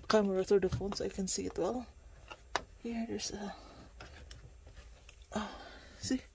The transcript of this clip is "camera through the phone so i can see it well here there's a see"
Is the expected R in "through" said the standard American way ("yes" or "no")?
no